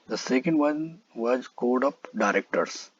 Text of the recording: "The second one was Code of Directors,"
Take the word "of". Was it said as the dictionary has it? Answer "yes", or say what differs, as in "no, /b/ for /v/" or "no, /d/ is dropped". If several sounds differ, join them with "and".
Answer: no, /p/ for /v/